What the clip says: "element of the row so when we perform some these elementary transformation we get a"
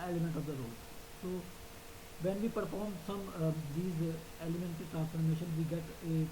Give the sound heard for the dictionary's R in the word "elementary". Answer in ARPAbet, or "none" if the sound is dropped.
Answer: none